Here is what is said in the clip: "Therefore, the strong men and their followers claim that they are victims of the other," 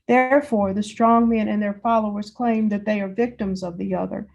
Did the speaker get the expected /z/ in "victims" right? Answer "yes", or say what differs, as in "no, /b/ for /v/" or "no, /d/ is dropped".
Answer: yes